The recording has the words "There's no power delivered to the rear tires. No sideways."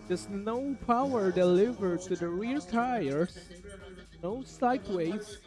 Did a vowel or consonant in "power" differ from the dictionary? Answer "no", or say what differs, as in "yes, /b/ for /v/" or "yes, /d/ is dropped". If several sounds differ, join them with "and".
no